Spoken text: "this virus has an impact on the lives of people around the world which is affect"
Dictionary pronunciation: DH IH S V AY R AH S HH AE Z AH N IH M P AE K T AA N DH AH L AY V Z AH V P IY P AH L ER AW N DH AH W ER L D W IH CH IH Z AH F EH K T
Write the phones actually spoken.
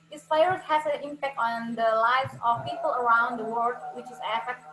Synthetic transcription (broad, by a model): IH S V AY AH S HH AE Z AH N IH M P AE K T AA N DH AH L AY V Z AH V P IY P AH L ER AW N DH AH W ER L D W IH CH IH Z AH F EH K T